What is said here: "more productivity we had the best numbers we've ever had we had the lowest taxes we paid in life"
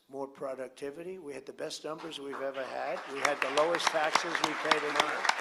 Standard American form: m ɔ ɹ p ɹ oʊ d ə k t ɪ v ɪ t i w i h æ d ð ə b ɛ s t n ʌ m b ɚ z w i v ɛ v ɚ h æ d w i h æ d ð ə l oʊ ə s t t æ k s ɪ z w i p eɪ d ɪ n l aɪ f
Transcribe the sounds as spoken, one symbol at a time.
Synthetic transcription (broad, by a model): m ɔ ɹ p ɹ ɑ d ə k t ɪ v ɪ t i w i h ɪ d ð ə b ɛ s t n ʌ m b ɚ z w i v ɛ v ɚ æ d w i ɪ d ð ə l oʊ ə s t t æ k s ɪ z w i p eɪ d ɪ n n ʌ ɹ